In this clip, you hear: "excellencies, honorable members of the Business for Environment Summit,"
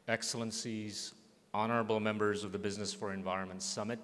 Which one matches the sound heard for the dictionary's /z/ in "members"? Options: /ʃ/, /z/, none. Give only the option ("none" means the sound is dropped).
/z/